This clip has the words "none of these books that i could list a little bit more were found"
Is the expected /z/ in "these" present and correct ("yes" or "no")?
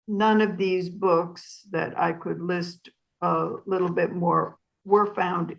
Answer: yes